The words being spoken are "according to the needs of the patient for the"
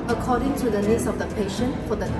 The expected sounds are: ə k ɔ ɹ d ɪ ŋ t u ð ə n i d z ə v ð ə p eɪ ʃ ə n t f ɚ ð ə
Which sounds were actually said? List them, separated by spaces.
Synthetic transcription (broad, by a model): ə k ɔ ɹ d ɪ ŋ t u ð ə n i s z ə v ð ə p eɪ ʃ ə n t f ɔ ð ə